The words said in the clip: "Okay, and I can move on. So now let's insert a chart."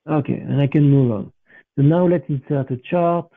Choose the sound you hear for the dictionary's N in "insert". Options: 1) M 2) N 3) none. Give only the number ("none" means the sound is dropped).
3